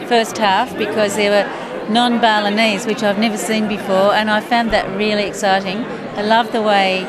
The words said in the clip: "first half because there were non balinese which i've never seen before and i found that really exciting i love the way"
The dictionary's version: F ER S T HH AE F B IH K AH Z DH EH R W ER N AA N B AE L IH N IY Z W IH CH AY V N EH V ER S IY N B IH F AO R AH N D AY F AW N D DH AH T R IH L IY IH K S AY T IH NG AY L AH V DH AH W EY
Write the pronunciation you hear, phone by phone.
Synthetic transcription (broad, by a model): F ER S T HH AE F B IH K AH Z DH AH R W ER N AA N B AE L IH N IY Z W IH CH AY V N EH V ER S IY N B IH F AO R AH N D AY F AW N DH AH T R IH L IY IH K S AY T IH NG AY L AH V DH AH W EY